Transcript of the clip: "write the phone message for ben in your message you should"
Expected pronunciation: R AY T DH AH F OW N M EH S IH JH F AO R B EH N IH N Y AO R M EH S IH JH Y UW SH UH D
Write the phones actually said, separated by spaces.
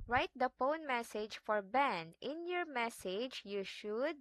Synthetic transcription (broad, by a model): R AY T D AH P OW N M EH S IH JH F AO R B EH N IH N Y AO R M EH S IH JH Y UW SH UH D